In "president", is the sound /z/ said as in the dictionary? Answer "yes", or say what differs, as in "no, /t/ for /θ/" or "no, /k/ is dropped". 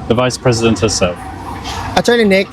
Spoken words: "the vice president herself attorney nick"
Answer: yes